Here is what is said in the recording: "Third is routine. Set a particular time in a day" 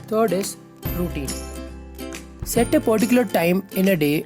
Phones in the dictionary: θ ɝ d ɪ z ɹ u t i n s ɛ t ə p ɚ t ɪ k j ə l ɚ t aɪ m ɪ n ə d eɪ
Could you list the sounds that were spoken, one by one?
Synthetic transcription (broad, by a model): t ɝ d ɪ s ɹ u t i n s ɛ t ə p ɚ t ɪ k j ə l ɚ t aɪ m ɪ n ə d eɪ